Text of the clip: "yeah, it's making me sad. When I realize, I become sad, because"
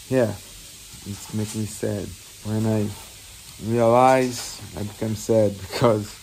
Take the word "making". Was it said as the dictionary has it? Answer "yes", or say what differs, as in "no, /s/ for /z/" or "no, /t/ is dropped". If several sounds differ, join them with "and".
no, /k/ is dropped